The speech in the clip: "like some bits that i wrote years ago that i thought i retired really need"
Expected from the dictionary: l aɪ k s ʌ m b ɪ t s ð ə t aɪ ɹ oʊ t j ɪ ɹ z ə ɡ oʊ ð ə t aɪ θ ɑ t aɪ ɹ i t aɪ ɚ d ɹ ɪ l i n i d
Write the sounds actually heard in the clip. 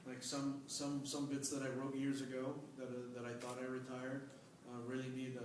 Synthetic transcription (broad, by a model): l aɪ k s ʌ m b ɪ t s ð ə t aɪ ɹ oʊ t j ɪ ɹ z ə ɡ oʊ ð ə t aɪ θ ɑ t aɪ ɹ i t aɪ ɚ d ɹ ɪ l i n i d